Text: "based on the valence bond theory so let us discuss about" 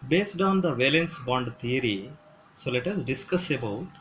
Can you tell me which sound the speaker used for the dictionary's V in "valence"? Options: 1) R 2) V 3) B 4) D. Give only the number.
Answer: 2